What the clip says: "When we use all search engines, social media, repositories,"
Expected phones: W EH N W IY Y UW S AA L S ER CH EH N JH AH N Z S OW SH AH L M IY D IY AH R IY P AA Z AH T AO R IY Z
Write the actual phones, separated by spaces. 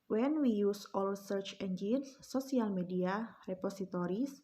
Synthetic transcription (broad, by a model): W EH N W IY Y UW S AA L S ER CH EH N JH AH N S OW S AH L M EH D IY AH R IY P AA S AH T AO R IY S